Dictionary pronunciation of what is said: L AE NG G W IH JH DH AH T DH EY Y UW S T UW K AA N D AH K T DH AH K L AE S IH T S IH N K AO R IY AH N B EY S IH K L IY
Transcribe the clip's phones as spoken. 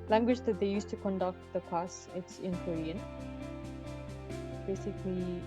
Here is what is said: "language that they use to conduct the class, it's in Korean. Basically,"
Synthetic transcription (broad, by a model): L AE NG G W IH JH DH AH T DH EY Y UW S T UW K AA N D AH K T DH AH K AA S IH T S IH N K AO R IY AH N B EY S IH K L IY